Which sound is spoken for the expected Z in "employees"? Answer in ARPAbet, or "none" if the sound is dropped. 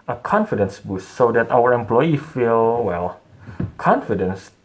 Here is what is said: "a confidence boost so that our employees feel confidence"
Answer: none